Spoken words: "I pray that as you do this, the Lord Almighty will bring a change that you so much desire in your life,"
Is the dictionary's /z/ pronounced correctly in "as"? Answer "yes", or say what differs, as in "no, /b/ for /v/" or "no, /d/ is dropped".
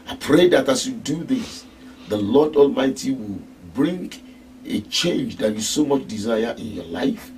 no, /s/ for /z/